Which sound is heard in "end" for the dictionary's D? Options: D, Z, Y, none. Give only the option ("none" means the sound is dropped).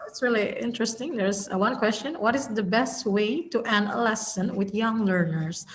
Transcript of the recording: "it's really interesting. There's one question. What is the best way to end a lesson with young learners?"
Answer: none